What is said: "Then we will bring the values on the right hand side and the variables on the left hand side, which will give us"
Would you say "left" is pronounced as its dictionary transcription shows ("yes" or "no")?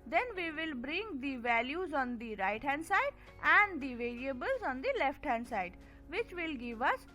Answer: yes